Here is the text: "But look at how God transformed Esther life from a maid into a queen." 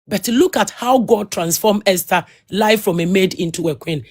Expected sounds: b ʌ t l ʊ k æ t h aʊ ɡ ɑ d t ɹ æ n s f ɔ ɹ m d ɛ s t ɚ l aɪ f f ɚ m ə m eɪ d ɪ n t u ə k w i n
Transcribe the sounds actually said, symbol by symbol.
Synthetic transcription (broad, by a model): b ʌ t l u k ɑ t h aʊ ɡ ɑ d t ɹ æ n s f ɔ m ɛ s t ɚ l aɪ f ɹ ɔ m ə m eɪ d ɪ n t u ə k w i n